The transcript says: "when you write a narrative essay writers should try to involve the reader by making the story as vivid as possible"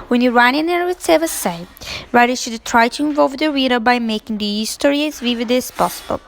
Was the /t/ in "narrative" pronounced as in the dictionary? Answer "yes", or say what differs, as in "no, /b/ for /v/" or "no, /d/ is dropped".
no, /s/ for /t/